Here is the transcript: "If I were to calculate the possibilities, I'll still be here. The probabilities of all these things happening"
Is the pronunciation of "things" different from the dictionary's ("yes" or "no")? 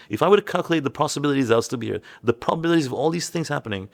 no